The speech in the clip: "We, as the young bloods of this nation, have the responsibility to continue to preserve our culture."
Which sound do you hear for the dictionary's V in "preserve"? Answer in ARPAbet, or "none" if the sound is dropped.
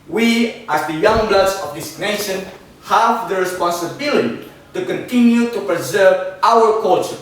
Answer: V